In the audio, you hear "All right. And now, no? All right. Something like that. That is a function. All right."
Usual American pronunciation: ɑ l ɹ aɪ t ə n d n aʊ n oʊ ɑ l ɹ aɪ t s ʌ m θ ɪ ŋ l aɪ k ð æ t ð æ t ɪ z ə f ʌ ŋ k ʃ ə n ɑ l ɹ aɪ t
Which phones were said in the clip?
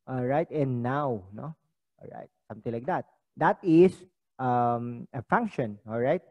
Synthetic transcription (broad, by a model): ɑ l ɹ aɪ t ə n n aʊ n oʊ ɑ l ɹ aɪ t s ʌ m t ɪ ŋ l aɪ k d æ t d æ t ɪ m ə f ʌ ŋ k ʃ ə n ɑ l ɹ aɪ t